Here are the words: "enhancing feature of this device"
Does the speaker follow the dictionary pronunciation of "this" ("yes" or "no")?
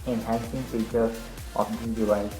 no